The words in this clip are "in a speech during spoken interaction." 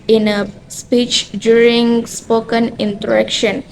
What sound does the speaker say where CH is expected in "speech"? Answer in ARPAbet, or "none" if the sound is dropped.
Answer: CH